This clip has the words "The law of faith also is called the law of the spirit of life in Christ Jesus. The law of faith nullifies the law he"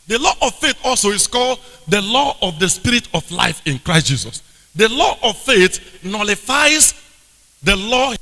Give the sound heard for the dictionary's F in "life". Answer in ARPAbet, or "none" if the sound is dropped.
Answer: F